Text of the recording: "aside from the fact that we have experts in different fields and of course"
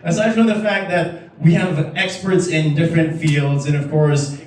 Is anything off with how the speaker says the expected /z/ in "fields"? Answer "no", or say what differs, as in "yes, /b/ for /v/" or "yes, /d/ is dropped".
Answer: no